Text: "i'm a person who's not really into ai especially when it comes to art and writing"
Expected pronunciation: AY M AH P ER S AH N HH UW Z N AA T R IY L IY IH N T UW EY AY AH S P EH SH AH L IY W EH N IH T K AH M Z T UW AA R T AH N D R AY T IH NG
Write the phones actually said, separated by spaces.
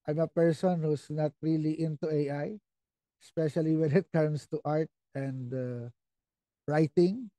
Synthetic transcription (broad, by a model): AY M AH P ER S AH N HH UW S N AA T R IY L IY IH N T UW EY AY AH S P EH SH AH L IY W EH N IH T K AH M S T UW AA R T AH N D R AY T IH NG